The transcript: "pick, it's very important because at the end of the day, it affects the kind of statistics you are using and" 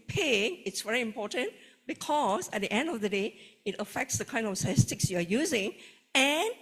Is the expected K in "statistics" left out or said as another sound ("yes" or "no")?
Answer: no